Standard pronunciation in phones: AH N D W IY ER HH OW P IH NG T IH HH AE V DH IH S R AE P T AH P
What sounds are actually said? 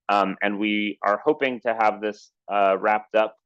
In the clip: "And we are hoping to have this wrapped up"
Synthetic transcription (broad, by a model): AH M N W IY ER HH OW P IH NG T IH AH V DH IH S R AE P T AH P